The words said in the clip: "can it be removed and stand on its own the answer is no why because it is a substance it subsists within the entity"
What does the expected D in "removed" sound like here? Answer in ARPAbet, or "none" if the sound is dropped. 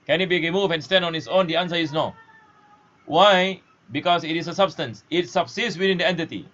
none